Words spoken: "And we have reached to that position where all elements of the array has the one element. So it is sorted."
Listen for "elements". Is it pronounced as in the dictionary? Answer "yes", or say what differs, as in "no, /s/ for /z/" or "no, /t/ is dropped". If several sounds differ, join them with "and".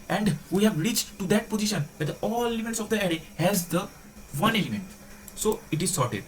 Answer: no, /n/ is dropped